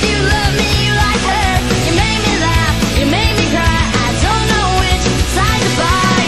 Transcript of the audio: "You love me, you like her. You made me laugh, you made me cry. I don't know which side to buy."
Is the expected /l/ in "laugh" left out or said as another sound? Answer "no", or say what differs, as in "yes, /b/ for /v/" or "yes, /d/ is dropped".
no